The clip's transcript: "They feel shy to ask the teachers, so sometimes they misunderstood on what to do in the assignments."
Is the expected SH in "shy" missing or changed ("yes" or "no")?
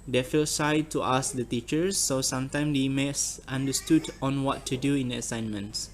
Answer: yes